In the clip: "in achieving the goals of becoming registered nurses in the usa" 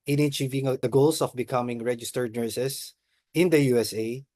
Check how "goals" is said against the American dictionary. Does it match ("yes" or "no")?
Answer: no